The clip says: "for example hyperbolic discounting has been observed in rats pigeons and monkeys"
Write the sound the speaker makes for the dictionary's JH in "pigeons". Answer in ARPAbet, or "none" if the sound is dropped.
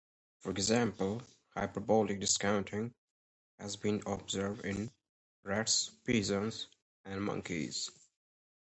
Z